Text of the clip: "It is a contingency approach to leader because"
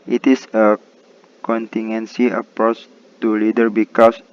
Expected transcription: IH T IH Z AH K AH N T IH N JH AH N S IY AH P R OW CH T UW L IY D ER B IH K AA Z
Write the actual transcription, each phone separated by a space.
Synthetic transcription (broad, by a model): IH T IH S AH K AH N T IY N AH N S IY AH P R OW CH T UW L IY D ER B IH K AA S